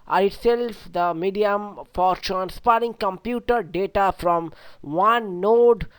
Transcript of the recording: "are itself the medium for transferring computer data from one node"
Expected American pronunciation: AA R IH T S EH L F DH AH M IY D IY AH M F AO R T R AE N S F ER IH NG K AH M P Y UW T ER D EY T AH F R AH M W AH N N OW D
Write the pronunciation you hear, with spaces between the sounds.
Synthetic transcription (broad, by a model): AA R IH T S EH L F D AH M IY D IY AH M F AO R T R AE N S P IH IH NG K AH M P Y UW T ER D EY T AH F R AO M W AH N N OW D